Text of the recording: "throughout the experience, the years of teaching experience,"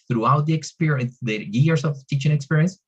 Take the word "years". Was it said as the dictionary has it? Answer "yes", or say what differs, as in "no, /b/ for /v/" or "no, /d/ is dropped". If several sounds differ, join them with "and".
no, /s/ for /z/